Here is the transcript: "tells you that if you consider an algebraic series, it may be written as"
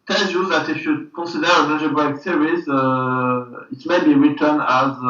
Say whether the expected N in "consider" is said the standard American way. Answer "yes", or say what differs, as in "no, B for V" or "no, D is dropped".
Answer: no, N is dropped